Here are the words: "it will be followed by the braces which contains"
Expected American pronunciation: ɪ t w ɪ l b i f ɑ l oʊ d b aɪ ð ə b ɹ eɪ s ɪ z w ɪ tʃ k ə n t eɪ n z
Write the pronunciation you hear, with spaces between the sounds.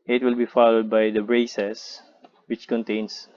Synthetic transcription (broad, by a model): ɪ t w ɪ l b i f ɑ l oʊ d b aɪ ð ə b ɹ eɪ s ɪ s w ɪ tʃ k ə n t eɪ n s